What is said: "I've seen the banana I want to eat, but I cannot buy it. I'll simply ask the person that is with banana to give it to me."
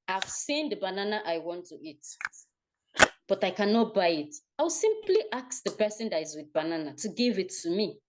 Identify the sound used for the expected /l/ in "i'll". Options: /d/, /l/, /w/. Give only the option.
/w/